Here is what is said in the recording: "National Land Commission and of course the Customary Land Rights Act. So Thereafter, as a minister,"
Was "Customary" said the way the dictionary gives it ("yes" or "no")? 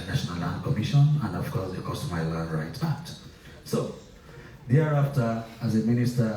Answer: no